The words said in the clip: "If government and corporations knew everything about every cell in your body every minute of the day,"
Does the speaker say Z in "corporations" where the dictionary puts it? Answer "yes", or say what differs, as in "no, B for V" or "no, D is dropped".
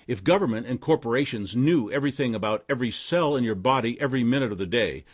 yes